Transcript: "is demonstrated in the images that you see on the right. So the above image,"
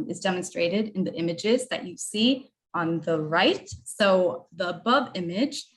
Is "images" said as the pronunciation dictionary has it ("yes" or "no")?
yes